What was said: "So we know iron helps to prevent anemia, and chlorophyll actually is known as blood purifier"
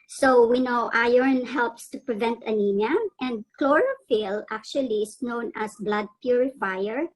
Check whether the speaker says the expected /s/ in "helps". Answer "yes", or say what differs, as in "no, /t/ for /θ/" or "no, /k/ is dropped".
yes